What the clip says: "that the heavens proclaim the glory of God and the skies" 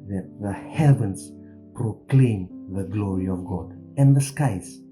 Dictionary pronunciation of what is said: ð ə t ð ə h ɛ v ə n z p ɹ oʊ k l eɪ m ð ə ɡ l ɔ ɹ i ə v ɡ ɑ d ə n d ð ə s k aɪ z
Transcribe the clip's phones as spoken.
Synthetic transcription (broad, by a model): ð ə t ð ə h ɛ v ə n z p ɹ oʊ k l eɪ m ð ə ɡ l ɔ ɹ i ə v ɡ ɑ d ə n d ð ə s k aɪ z